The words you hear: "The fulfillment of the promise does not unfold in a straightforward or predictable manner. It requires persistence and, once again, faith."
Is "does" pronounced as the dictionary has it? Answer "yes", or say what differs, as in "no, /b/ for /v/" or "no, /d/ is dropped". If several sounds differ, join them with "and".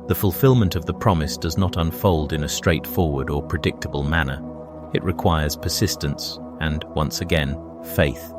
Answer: yes